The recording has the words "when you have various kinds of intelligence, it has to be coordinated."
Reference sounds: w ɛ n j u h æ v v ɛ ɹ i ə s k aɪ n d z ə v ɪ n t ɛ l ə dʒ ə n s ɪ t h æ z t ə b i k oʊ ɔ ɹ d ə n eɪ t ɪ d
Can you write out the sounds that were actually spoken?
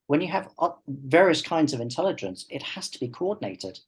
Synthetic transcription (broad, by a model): w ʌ n j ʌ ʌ v v ɛ ɹ i ə s k aɪ n d z ə v ɪ n t ɛ l ə dʒ ə n s ɪ t h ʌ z t ə b i k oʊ ɔ d n eɪ t ɪ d